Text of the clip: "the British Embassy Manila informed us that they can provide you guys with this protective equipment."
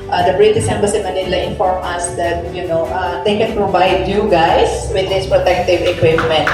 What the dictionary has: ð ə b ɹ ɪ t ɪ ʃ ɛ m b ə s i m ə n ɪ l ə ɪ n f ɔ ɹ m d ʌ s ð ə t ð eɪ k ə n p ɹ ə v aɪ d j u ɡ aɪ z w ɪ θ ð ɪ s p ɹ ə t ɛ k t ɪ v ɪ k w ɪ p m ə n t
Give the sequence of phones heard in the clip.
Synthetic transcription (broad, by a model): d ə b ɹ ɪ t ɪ s ɛ m b ə s i m ə n ɪ l ə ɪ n f ɔ ɹ m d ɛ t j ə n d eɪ k ə n p ɹ ə v aɪ d j u ɡ aɪ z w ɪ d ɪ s p ɹ ə t ɛ k t ɪ v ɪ k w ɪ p m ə n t